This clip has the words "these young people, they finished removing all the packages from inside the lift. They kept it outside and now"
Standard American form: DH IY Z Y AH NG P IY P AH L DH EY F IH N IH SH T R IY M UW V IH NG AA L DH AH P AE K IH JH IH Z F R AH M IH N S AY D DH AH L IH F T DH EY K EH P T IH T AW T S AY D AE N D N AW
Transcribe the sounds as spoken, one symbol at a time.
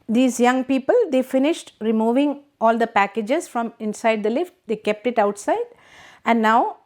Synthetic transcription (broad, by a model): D IY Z Y AH NG P IY P AH L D EY F IH N IH SH T R IY M UW V IH NG AA L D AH P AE K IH JH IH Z F R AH M IH N S AY D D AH L IH F T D EY K EH P T IH T AW T S AY D AE N D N AW